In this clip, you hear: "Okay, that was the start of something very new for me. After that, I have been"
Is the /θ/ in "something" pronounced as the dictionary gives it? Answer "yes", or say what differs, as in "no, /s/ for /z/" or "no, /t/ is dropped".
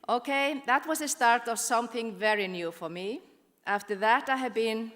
yes